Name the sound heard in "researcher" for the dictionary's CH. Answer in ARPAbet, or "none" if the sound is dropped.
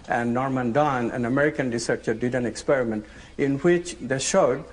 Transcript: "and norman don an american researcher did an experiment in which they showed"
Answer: CH